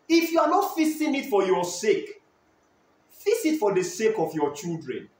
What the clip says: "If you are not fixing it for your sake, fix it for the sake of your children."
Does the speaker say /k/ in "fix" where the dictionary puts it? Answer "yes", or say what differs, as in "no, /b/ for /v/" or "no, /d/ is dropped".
no, /k/ is dropped